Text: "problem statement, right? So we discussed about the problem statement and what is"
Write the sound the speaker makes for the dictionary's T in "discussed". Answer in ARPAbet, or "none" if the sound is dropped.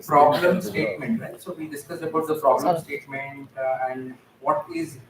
none